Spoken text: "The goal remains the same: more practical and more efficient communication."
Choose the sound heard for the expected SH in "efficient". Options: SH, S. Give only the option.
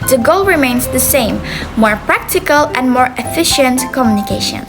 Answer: SH